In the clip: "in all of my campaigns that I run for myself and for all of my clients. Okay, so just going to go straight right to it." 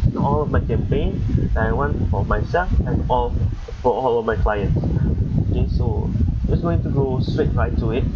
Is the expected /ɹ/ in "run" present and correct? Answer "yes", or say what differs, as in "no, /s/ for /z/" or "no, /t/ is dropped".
no, /w/ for /ɹ/